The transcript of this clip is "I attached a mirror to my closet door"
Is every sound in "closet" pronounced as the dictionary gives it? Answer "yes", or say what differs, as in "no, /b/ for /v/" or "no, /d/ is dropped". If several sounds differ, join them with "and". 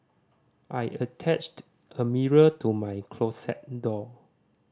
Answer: no, /s/ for /z/